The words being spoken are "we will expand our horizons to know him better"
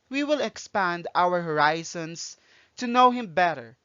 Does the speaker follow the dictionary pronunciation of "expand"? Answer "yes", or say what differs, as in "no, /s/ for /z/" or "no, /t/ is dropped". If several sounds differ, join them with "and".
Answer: yes